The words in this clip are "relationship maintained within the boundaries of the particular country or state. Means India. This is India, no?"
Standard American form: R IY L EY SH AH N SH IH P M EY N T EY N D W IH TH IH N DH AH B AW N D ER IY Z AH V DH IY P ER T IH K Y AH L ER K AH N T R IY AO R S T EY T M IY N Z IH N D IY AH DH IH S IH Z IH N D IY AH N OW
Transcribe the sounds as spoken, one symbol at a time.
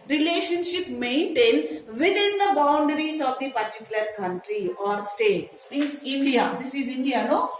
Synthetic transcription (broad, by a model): R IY L EY SH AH N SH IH P M EY N T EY N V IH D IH N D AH B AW N D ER IY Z AH V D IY P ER T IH K Y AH L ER K AH N T R IY AO R S T EY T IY Z IH N D IY AH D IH S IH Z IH N D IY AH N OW